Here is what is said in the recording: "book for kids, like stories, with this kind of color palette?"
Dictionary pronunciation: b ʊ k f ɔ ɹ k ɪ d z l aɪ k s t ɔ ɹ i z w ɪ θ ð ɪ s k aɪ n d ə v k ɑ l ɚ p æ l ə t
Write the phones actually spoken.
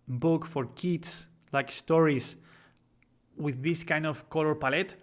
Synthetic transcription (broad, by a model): b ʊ k f ɔ ɹ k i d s l aɪ k s t ɔ ɹ i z w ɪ ð ɪ s k aɪ n d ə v k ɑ l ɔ p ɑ l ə t